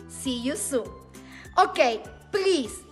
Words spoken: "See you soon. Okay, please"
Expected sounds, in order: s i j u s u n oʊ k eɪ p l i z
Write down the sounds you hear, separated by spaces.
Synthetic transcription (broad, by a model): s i j u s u oʊ k eɪ p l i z